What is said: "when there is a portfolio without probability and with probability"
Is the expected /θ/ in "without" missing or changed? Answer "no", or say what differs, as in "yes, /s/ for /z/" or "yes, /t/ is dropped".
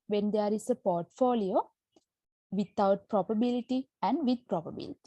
yes, /t/ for /θ/